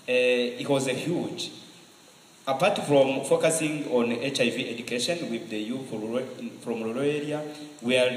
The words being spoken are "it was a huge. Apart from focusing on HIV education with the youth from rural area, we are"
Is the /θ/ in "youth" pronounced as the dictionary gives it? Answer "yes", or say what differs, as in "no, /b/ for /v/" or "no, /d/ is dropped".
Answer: no, /f/ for /θ/